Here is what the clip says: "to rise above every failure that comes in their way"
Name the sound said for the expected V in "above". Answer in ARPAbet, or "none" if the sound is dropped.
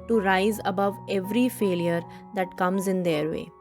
V